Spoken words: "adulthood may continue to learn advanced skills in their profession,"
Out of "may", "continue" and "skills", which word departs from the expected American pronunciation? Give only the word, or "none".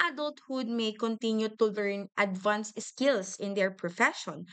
skills